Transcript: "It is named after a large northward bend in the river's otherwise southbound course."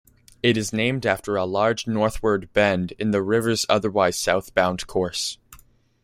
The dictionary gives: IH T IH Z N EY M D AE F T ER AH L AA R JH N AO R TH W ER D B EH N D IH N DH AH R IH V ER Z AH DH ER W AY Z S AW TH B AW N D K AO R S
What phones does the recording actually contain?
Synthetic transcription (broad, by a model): IH T IH Z N EY M D AE F T ER AH L AA R JH N AO R TH W ER D B EH N D IH N DH AH R IH V ER Z AH DH ER W AY Z S AW TH B AW N D K AO R S